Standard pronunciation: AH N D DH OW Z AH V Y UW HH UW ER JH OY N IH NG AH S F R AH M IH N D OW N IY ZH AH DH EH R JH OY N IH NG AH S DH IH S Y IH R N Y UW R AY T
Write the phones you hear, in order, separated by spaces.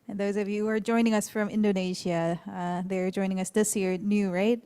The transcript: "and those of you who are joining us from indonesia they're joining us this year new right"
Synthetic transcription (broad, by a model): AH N DH OW Z AH V Y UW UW ER JH OY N IH NG AH S F R AH M IH N D OW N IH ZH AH DH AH R JH OY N IH NG AH S DH IH S Y IH R N Y UW R AY T